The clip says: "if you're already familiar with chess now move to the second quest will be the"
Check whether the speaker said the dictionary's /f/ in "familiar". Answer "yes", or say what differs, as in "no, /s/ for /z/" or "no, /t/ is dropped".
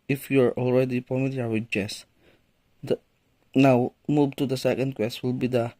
no, /p/ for /f/